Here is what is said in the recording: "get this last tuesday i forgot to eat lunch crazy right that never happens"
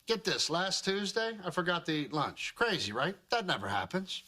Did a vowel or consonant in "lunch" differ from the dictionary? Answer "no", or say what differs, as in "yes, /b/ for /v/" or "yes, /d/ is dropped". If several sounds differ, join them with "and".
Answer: no